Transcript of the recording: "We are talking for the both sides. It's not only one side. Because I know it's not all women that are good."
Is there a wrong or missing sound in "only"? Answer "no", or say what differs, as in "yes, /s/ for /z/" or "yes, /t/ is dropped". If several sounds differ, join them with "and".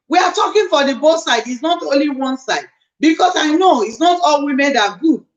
no